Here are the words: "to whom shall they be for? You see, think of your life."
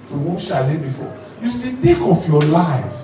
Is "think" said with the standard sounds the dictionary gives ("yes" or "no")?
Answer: no